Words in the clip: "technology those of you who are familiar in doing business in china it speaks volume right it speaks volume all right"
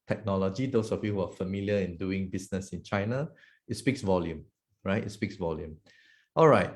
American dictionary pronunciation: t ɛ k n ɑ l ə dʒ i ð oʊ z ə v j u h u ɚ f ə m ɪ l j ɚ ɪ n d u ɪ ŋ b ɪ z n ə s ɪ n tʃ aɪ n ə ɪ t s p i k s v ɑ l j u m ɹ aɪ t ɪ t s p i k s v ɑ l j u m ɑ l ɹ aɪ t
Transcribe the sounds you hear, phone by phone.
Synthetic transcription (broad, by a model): t ɛ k n ɑ l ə dʒ i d oʊ s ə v j u h u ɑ f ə m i l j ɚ ɪ n d u ɪ ŋ b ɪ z n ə s ɪ n tʃ aɪ n ə ɪ t s p i k s v ɑ l j u m ɹ aɪ t ɪ t s p i k s v ɑ l j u m ɑ l ɹ aɪ t